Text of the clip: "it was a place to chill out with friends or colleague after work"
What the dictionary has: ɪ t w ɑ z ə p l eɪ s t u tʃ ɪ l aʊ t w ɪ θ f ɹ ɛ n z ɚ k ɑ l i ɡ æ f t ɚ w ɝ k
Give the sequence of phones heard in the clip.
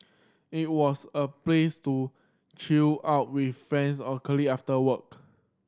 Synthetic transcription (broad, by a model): ɪ t w ɑ s ə p l eɪ s t u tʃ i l aʊ t w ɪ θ f ɹ ɛ n s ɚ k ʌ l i ɑ f t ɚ w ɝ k